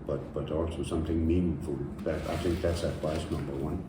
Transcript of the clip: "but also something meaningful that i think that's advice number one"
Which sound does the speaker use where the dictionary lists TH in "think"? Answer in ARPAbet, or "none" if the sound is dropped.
TH